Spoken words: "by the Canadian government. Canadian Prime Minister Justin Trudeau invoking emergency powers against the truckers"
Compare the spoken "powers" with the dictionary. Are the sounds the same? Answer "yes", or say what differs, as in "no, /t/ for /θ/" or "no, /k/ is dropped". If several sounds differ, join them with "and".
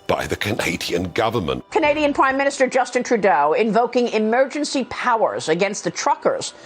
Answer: yes